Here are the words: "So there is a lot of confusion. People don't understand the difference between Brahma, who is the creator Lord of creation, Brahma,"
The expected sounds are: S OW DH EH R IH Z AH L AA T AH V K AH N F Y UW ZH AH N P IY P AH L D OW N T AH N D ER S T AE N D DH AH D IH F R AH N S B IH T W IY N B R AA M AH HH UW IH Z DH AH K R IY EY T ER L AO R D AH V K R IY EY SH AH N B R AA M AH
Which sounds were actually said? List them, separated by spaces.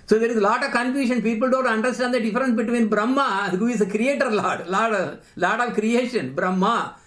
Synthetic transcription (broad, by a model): S OW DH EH R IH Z L AA T AH V K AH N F Y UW SH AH N P IY P AH L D OW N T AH N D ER S T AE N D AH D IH F R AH N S B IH T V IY N B R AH M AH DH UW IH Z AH K R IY EY T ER L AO L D AH V K R IY EY SH AH N B R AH M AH